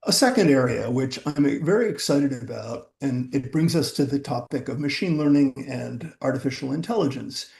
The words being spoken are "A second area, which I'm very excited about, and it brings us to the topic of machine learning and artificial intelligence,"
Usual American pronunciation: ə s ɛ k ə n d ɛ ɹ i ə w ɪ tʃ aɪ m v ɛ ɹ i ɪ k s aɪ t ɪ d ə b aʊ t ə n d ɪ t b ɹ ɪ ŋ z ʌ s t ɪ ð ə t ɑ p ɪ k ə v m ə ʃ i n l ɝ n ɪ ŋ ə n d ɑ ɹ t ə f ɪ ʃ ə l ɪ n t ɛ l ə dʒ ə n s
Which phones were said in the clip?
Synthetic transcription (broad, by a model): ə s ɛ k ə n d ɛ ɹ i ə w ɪ tʃ aɪ m v ɛ ɹ i ɪ k s aɪ t ɪ d ə b aʊ t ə n ɪ t b ɹ ɪ ŋ z ʌ s t ɪ ð ə t ɑ p ɪ k ə v m ə ʃ i n l ɝ n ɪ ŋ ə n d ɑ ɹ t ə f ɪ ʃ l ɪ n t ɛ l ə dʒ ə n s